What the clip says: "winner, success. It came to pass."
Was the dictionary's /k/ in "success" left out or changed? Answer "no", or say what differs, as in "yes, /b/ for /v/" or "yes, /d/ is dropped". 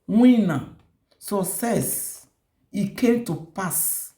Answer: yes, /k/ is dropped